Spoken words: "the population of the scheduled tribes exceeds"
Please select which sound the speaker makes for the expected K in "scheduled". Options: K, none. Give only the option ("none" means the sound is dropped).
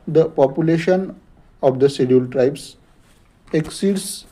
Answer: none